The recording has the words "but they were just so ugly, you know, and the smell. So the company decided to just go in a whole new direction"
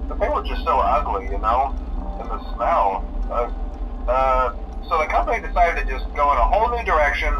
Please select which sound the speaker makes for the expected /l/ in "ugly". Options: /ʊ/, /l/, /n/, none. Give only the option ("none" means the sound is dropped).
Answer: /l/